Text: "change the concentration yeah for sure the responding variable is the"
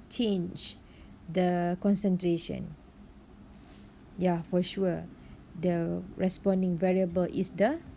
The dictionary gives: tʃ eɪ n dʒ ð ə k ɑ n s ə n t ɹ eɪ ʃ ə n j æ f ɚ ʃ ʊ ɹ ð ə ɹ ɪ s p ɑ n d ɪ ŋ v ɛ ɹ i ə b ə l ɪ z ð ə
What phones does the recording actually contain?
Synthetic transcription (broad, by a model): tʃ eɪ n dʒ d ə k ɑ n s ə n t ɹ eɪ ʃ ə n j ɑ f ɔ ʃ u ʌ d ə ɹ ɪ s p ɑ n d ɪ ŋ v ɛ ɹ i ə b ə l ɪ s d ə